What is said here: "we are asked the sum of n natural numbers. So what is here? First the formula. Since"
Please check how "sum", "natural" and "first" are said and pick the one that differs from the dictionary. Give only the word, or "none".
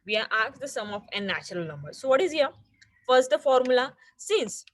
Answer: none